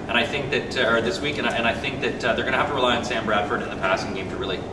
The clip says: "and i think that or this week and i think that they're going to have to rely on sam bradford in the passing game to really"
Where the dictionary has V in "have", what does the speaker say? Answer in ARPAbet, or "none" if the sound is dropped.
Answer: F